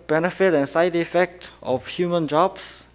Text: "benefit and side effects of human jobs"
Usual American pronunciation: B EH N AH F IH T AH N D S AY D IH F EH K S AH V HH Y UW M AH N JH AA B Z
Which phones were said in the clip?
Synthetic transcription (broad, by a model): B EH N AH F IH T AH N S AY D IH F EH K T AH F HH Y UW M AH N JH AA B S